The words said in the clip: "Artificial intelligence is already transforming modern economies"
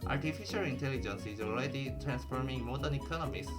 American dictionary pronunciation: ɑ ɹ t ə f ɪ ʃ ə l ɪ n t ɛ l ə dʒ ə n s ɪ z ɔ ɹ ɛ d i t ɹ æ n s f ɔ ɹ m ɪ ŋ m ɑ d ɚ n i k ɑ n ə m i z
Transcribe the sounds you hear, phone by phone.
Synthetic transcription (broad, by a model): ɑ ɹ t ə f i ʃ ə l ɪ n t ɛ l ə dʒ ə n s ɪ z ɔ l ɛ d i t ɹ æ n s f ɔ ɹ m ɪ ŋ m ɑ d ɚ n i k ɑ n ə m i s